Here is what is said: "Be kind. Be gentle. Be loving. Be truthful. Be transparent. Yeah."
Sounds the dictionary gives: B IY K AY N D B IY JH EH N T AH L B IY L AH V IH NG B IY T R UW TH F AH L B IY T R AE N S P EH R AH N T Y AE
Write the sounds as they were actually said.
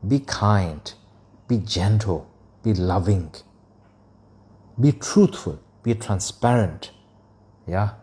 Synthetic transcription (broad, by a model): B IY K AY N D B IY JH EH N T AH L B IY L AH V IH NG B IY T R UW T F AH L B IY T R AE N S P EH R AH N T Y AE